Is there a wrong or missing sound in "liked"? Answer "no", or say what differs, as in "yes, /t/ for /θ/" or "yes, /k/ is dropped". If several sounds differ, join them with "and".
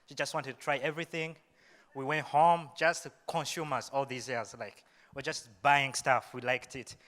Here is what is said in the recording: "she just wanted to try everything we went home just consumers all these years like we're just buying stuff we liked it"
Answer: no